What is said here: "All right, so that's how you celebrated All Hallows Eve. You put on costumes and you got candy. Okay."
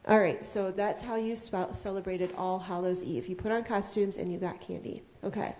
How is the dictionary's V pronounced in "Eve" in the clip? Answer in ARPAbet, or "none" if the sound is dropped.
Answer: F